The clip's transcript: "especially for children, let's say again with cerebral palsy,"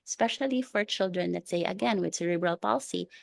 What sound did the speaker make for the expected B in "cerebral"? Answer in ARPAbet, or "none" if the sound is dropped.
B